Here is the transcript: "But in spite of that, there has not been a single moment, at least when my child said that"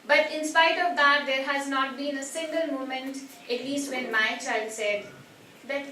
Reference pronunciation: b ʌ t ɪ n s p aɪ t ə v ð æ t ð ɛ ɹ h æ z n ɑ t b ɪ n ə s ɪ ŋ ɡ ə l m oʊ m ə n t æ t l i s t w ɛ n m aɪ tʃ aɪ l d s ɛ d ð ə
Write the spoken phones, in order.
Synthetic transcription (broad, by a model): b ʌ t ɪ n s p aɪ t ə v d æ t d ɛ ɹ h æ z n ɑ t b ɪ n ə s ɪ ŋ ɡ ə l m oʊ m ə n t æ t l i s t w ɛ n m aɪ tʃ aɪ l d s ɛ d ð